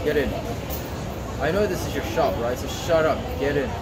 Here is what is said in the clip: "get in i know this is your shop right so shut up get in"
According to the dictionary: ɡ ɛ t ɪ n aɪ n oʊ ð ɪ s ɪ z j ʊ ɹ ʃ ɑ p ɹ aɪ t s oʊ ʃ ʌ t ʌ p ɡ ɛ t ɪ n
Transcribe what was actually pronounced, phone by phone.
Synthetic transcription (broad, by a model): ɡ ɛ t ɪ n aɪ n oʊ ð ɪ s ɪ z j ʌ ɹ ʃ ɑ p ɹ aɪ t s oʊ ʃ ʌ t ʌ p ɡ ɛ t ɪ n